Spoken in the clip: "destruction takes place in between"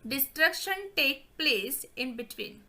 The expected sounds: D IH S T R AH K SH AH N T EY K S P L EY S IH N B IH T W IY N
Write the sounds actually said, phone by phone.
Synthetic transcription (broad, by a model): D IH S T R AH K SH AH N T EY K P L EY S IH N B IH T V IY N